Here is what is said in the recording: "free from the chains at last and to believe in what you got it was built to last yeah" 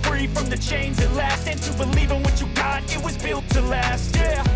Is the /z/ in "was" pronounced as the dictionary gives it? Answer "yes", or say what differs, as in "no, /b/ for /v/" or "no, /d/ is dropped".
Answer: yes